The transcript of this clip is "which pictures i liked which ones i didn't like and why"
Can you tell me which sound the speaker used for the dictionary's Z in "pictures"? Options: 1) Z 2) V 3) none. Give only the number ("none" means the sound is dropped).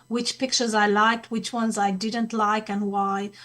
1